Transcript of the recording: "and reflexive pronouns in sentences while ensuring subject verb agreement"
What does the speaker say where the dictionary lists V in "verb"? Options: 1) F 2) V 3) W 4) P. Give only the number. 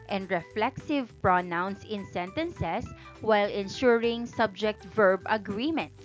2